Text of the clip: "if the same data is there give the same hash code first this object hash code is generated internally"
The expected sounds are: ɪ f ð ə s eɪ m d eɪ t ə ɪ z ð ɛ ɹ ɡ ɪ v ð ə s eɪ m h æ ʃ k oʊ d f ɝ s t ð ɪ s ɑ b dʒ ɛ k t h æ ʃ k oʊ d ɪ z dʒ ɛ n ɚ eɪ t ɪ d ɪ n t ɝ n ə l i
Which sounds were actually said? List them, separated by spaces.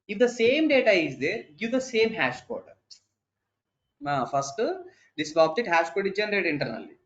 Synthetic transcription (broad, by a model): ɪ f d ə s eɪ m d eɪ t ə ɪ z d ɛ ɹ ɡ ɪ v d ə s eɪ m h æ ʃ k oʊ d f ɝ s t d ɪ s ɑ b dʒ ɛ t h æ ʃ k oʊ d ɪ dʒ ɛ n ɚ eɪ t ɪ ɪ n t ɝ n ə l i